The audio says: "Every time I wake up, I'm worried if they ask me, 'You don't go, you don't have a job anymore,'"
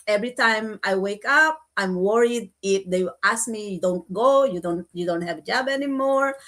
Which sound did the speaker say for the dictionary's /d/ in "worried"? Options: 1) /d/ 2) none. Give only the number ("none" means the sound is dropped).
1